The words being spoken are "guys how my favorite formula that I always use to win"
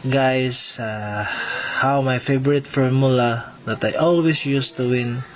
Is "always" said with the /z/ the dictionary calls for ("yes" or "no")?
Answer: no